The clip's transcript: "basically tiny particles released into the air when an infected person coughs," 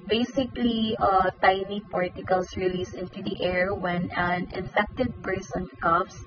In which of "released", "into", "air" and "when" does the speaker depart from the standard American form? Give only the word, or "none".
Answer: released